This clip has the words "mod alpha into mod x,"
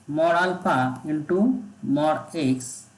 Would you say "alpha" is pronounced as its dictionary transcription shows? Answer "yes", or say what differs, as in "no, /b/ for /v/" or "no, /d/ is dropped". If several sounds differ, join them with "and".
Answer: no, /p/ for /f/